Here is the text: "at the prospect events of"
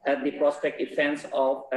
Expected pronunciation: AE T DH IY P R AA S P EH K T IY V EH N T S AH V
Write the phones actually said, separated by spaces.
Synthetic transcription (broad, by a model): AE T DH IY P R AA S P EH K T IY F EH N S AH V